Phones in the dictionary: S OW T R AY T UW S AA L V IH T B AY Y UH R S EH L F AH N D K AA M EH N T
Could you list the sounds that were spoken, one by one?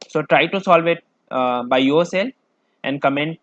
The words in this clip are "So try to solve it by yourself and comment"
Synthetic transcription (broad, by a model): S OW T R AY T UW S AA L V IH T B AY Y UH R S EH L F AH N D K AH M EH N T